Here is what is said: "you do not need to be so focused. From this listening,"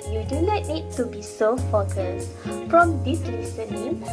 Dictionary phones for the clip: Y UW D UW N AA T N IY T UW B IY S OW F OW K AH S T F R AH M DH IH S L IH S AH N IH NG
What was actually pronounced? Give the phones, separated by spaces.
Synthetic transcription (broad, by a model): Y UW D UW L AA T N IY T UW B IY S OW F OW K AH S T F R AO M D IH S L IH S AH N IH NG